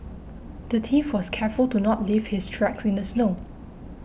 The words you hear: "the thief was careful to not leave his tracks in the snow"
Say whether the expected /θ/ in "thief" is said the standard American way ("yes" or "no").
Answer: no